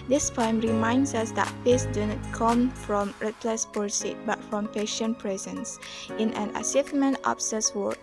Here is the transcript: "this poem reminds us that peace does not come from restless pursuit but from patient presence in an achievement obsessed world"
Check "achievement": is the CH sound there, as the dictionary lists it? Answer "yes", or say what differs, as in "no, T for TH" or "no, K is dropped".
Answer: no, S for CH